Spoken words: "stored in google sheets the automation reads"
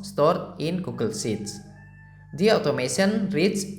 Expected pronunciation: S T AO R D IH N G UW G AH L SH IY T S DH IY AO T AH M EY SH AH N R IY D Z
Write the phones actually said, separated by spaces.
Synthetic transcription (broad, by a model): S T AO R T IH N G UW G AH L S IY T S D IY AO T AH M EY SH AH N R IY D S